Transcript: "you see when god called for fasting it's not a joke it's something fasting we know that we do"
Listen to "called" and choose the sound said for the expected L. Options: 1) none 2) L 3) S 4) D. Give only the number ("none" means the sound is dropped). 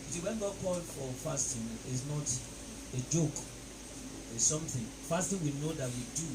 1